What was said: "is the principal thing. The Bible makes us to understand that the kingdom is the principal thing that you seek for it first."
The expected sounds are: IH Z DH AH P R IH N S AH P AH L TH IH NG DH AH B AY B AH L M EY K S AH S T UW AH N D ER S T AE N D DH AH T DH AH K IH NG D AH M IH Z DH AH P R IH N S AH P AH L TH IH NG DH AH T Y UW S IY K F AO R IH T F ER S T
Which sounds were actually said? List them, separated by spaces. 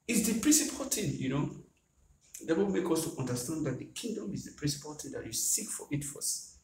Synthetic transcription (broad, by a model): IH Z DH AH P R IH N S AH P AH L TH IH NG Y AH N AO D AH W M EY K AH S T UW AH N D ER S T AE N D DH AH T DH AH K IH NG D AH M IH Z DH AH P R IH N S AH P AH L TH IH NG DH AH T Y UW S IY K F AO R IH T F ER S